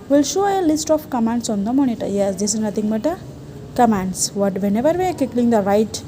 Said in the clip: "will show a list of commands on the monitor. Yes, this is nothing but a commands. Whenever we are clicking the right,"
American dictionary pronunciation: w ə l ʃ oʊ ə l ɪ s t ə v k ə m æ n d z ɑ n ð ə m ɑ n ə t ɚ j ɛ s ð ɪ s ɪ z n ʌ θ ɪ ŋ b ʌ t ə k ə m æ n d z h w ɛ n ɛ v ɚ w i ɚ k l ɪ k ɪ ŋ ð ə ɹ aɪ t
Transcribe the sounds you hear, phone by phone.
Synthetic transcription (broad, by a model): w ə l ʃ oʊ ə l ɪ s t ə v k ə m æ n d s ɑ n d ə m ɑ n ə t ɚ j ɛ s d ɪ s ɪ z n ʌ t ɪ ŋ b ʌ t ə k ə m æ n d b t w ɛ n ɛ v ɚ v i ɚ k ɪ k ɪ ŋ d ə ɹ aɪ t